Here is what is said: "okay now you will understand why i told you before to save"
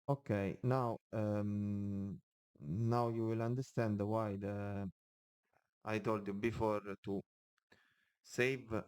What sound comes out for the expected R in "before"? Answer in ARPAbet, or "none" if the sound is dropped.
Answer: R